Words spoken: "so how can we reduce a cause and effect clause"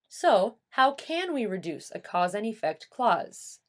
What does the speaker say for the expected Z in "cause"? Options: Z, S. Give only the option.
Z